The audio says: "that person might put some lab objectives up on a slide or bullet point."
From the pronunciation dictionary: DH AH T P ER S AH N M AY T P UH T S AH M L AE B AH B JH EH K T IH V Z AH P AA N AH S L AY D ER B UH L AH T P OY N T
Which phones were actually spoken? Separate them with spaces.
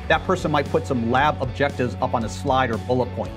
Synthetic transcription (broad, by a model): DH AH T P ER S AH N M AY T P UH T S AH M L AE B AH B JH EH K T IH V Z AH P N AH S L AY D ER B UH L AH T P OY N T